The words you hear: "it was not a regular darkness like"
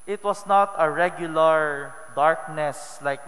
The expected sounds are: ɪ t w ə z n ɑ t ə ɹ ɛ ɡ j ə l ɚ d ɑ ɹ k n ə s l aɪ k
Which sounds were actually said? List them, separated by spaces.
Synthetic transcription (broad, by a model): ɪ t w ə s n ɑ t ə ɹ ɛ ɡ j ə l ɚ d ɑ ɹ k n ə s l aɪ k